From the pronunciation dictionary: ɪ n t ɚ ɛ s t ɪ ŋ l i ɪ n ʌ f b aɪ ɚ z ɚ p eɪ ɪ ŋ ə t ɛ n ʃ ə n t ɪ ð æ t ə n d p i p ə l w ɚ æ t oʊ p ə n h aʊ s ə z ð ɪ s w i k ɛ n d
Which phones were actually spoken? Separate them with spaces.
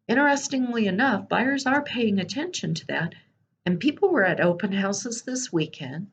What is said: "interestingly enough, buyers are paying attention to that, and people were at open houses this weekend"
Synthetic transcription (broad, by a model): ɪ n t ɚ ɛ s t ɪ ŋ l i ɪ n ʌ f b aɪ ɚ z ɚ p eɪ ɪ ŋ ə t ɛ n ʃ ə n t ɪ ð æ t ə n p i p l w ɚ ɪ t oʊ p ə n h aʊ s ə z ð ɪ s w i k ɛ n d